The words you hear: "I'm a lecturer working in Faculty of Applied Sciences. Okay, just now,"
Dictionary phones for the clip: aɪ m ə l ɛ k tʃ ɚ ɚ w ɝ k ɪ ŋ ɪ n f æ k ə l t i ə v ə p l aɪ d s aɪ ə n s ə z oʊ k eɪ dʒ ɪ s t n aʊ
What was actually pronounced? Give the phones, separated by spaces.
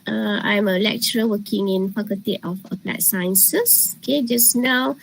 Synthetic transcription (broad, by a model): aɪ m ə l ɛ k tʃ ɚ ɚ w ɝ k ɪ ŋ ɪ n p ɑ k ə t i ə f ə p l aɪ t s aɪ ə n s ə s oʊ k eɪ dʒ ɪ s n aʊ